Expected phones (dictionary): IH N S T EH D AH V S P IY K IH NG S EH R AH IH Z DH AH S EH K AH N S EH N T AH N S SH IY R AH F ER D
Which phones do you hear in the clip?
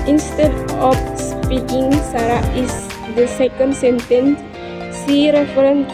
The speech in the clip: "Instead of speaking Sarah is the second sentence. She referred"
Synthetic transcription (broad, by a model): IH N S T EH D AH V S P IY K IH NG S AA R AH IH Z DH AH S EH K AH N S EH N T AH N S S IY R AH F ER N